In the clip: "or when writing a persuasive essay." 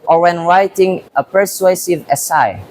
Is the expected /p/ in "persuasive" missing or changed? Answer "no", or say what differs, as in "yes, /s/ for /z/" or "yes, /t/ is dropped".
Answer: no